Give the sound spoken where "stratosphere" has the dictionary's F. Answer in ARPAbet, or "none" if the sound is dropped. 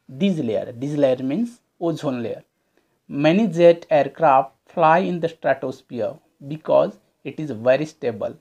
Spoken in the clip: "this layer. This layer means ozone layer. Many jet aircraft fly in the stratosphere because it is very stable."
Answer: P